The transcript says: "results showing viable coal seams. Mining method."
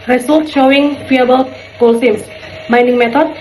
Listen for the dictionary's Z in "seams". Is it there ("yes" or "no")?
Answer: no